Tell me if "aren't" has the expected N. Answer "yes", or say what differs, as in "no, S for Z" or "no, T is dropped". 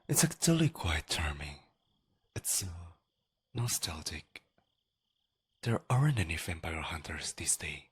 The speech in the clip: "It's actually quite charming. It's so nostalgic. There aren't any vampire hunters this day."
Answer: yes